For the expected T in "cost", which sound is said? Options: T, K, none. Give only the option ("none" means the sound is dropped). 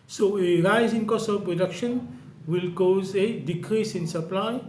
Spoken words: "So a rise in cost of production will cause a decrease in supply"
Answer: none